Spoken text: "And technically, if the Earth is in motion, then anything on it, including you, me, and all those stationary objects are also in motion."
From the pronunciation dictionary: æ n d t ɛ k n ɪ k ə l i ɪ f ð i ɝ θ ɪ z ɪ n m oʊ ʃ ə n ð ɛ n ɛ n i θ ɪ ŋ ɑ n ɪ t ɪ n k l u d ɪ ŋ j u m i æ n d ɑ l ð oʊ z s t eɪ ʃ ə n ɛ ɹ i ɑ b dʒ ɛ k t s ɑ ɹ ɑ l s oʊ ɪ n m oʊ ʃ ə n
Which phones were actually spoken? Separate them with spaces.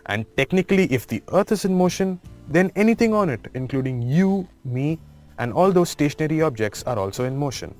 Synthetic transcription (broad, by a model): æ n d t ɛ k n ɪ k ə l i ɪ f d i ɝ t ɪ z ɪ n m oʊ ʃ ə n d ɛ n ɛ n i t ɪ ŋ ɑ n ɪ t ɪ n k l u d ɪ ŋ j u m i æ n d ɑ l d oʊ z s t eɪ ʃ ə n ɛ ɹ i ɑ b dʒ ɛ k t s ɑ ɹ ɑ l s oʊ ɪ n m oʊ ʃ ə n